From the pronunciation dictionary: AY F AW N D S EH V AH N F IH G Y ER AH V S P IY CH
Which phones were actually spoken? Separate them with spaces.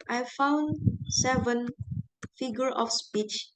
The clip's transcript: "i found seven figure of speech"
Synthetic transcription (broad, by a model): AY F AW N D S EH V AH N F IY G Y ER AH F S P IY CH